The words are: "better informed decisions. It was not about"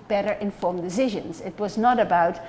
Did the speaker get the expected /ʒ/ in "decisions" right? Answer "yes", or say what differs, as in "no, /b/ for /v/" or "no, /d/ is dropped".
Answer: yes